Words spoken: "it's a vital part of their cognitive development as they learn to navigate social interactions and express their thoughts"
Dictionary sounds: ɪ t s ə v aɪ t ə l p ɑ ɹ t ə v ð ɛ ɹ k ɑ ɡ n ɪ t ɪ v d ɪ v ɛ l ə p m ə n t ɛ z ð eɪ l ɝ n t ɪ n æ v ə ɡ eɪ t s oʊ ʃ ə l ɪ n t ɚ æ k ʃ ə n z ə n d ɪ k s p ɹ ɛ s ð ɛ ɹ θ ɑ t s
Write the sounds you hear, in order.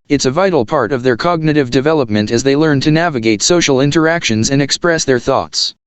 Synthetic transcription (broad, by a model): ɪ t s ə v aɪ t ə l p ɑ ɹ t ə v ð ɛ ɹ k ɑ ɡ n ɪ t ɪ v d ɪ v ɛ l ə p m ə n t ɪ z ð eɪ l ɝ n t ɪ n æ v ə ɡ eɪ t s oʊ ʃ l ɪ n t ɚ æ k ʃ ə n z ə n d ɪ k s p ɹ ɛ s ð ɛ ɹ θ ɑ t s